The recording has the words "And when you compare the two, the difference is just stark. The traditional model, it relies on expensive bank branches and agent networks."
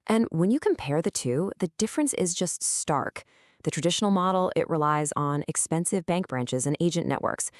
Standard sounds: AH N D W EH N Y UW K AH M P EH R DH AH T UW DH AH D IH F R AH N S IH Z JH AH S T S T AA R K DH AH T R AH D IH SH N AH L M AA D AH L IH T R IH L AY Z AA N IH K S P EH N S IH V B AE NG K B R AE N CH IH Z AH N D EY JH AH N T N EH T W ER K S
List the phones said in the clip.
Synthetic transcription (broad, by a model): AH N W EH N Y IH K AH M P EH R DH AH T UW DH AH D IH F R AH N S IH Z JH AH S T S T AA R K DH AH T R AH D IH SH N L M AA D L IH T R IH L AY Z N IH K S P EH N S IH V B AE NG K B R AE N CH IH Z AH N EY JH AH N T EH T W ER K S